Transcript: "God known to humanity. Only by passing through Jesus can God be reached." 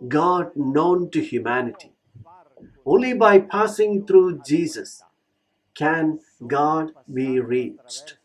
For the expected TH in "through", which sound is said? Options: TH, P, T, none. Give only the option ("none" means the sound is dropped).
T